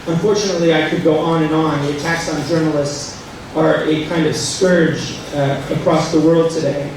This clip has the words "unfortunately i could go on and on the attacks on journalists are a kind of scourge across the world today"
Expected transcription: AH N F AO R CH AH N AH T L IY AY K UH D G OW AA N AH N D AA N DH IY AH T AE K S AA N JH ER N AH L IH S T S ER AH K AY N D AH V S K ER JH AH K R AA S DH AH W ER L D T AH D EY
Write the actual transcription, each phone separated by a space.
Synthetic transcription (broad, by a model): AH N F AO R CH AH N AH T L IY AY K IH D G OW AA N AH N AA N DH IY AH T AE K S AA N JH ER N L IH S T S ER AH K AY N D AH V S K ER JH AH K R AA S DH AH W ER L D T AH D EY